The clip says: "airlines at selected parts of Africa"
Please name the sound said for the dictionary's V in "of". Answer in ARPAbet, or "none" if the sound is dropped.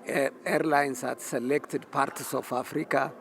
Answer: F